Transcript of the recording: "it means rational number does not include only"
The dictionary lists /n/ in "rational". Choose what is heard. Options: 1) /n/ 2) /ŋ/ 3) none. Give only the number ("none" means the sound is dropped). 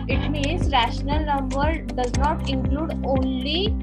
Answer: 1